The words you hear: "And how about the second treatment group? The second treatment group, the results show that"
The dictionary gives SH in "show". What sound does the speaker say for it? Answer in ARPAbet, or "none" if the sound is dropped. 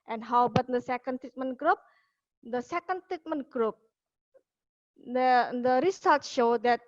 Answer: SH